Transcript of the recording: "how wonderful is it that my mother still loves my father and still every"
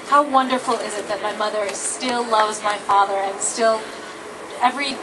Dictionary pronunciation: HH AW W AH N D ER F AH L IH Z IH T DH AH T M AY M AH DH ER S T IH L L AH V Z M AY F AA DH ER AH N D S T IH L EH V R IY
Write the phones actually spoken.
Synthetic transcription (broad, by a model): HH AW W AH N D ER F L IH Z IH T DH AH T M AY M AH DH ER S T IH L L AH V Z M AY F AA DH ER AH N S T IH L EH V R IY